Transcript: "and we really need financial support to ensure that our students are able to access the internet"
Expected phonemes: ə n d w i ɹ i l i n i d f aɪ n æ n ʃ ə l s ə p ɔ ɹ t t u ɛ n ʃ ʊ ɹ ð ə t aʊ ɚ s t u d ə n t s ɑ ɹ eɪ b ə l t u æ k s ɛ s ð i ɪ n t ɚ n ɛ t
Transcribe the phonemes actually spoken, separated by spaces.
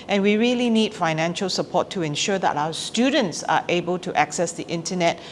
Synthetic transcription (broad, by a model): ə n w i ɹ i l i n i d f aɪ n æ n ʃ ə l s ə p ɔ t t u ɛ n ʃ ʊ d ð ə t aʊ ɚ s t u d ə n t s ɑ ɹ eɪ b ə l t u æ k s ɛ s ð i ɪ n t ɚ n ɛ t